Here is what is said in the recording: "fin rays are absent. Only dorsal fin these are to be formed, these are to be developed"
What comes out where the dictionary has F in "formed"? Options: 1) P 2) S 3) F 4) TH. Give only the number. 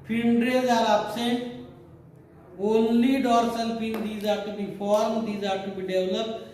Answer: 1